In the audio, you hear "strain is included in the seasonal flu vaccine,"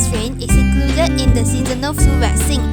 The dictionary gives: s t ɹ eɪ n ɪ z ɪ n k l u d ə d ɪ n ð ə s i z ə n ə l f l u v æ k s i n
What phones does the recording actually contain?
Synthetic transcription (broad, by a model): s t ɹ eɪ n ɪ s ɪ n k l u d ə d ɪ n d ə s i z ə n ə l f u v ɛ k s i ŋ